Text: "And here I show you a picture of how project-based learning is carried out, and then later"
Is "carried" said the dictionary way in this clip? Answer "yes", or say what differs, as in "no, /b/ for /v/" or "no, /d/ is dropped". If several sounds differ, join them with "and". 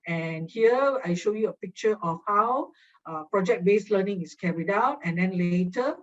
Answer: yes